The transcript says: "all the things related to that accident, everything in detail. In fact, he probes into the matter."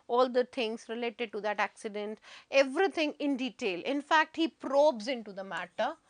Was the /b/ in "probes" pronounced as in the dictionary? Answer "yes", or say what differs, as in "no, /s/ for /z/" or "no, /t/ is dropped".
yes